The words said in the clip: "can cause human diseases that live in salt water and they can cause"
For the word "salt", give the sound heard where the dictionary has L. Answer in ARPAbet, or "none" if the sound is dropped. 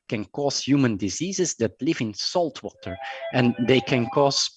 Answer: L